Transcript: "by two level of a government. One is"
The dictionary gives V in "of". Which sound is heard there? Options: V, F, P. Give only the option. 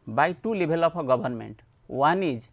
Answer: P